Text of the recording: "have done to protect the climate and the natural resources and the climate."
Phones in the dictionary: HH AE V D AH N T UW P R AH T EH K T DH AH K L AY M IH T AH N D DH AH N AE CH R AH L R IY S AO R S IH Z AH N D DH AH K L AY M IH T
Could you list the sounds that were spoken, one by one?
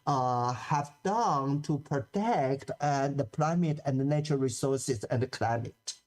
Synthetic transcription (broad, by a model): HH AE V D AH N T UW P R AH T EH K T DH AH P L AY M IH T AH N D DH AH N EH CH AH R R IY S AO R S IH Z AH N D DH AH K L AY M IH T